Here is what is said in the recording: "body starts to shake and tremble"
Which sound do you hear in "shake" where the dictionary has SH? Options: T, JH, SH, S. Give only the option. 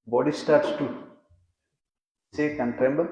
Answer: S